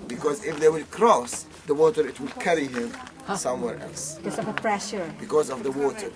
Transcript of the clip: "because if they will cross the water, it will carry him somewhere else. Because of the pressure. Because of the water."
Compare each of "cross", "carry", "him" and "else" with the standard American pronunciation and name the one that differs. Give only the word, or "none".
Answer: none